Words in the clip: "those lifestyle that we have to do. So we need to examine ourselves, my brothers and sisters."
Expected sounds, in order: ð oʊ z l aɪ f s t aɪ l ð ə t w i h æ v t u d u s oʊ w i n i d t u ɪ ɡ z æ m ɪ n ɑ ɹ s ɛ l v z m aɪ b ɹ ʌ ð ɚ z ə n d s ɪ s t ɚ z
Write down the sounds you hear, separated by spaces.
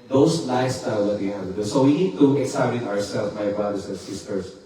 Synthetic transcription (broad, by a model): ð oʊ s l aɪ s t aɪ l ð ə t w i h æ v t u d u s oʊ w i n i d t u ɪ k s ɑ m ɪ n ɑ ɹ s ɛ l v m aɪ b ɹ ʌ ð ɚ s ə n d s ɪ s t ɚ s